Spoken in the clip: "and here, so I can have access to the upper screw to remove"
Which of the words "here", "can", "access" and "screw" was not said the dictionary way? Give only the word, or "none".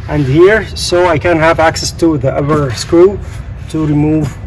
screw